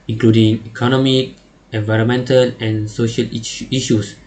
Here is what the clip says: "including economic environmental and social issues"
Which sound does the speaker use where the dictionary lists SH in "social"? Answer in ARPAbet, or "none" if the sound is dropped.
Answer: SH